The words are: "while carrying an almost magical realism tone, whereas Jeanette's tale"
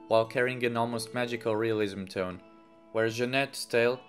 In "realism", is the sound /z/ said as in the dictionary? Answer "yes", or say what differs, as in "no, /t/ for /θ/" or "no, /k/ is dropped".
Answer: yes